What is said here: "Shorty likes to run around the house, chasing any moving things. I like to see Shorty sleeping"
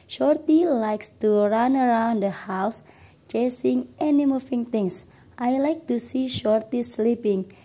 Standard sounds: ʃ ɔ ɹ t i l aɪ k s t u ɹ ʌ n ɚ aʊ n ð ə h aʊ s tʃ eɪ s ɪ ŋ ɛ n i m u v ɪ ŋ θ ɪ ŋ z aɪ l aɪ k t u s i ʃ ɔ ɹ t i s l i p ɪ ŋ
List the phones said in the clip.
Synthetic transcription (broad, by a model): ʃ ɔ ɹ t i l aɪ k s t u ɹ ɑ n ɚ aʊ n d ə h aʊ s tʃ eɪ s ɪ ŋ ɛ n i m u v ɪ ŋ t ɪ ŋ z aɪ l aɪ k t u s i ʃ ɔ ɹ t i s l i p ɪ ŋ